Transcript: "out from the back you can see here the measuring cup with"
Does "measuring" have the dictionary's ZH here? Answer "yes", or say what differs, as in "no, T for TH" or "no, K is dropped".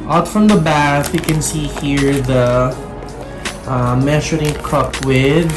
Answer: no, SH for ZH